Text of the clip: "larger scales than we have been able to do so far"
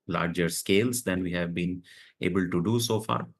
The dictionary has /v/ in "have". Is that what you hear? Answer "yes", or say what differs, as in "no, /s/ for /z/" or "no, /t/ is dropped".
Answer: yes